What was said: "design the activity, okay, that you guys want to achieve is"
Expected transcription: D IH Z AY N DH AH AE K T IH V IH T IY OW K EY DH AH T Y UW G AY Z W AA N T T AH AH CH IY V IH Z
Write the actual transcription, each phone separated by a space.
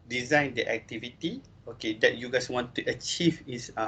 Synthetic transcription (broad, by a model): D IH Z AY N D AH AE K T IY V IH T IY OW K EY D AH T Y UW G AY S W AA N T T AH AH CH IY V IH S